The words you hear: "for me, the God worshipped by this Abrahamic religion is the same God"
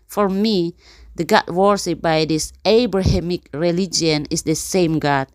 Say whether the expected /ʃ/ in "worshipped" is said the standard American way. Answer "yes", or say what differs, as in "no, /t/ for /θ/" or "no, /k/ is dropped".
no, /s/ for /ʃ/